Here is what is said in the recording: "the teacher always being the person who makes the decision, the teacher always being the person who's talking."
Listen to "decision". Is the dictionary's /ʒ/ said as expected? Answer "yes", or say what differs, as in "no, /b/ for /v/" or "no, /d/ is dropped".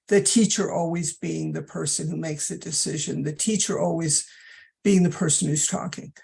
yes